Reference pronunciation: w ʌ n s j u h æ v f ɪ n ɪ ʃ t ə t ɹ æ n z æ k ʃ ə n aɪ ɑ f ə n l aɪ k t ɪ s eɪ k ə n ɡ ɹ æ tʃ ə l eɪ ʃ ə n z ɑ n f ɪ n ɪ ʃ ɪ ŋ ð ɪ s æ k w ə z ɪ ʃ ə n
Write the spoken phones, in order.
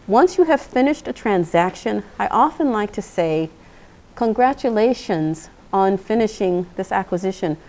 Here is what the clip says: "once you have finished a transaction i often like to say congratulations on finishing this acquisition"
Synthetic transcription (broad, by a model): w ʌ n s j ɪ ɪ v f ɪ n ɪ ʃ t ə t ɹ æ n z æ k ʃ ə n aɪ ɑ f ə n l aɪ k t ɪ s eɪ k ə n ɡ ɹ æ tʃ ə l eɪ ʃ ə n z n f ɪ n ɪ ʃ ɪ ŋ ð ɪ s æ k w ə z ɪ ʃ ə n